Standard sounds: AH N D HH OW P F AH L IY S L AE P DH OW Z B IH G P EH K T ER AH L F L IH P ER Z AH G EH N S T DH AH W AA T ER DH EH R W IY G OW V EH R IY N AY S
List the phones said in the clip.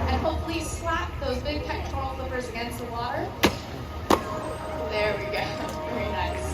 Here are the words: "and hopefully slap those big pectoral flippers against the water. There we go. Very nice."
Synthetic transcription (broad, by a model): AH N HH OW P F L IY S L AE P DH OW Z B IH G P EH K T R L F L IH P ER Z AH G EH N S T DH AH W AA T ER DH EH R W IY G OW V EH R IY N AY S